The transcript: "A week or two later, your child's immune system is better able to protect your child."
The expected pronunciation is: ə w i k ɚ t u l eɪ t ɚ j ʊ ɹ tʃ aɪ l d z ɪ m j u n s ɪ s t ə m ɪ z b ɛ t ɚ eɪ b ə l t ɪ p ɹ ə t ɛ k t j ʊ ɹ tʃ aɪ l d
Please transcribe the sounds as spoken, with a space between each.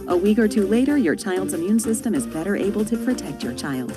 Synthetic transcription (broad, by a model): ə w i k ɚ t u l eɪ t ɚ j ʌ ɹ tʃ aɪ l d z ɪ m j u n s ɪ s t ə m ɪ z b ɛ t ɚ eɪ b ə l t ɪ p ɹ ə t ɛ k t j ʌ ɹ tʃ aɪ l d